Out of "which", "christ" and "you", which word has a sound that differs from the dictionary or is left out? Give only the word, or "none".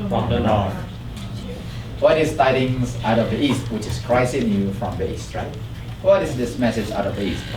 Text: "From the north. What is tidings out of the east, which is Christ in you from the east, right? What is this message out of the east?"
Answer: christ